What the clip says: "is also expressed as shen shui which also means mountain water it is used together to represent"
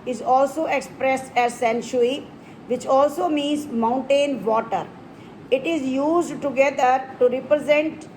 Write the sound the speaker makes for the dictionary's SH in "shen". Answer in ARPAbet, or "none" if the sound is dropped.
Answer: S